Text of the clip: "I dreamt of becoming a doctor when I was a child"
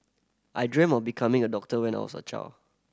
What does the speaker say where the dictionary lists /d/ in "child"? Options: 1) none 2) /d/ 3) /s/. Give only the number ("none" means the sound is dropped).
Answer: 1